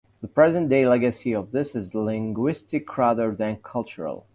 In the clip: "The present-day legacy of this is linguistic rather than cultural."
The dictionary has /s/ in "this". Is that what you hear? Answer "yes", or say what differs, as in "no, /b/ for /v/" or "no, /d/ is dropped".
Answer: yes